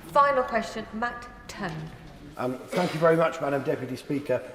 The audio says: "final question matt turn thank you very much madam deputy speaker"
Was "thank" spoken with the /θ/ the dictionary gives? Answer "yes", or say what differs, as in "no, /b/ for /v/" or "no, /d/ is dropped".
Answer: yes